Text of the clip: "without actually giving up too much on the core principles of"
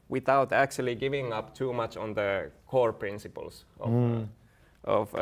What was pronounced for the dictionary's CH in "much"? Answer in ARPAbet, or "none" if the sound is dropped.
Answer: CH